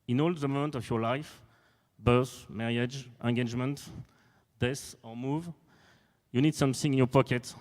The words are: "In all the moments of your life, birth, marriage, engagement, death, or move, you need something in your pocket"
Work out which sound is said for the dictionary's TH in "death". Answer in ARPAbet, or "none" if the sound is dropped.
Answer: S